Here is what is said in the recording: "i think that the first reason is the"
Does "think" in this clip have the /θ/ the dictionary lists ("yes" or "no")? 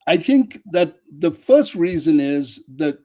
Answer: yes